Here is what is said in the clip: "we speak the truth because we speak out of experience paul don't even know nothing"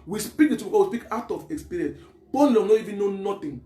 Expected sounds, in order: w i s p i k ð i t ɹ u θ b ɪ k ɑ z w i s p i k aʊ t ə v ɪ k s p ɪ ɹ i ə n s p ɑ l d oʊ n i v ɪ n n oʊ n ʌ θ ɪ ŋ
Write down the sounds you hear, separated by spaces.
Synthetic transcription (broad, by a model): w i s p i k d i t u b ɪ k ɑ w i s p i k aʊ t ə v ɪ k s p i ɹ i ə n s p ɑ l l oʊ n i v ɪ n n oʊ n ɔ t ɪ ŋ